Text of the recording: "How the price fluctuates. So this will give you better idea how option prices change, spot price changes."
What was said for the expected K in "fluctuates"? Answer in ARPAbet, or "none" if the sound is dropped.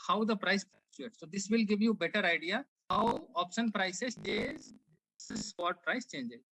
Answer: none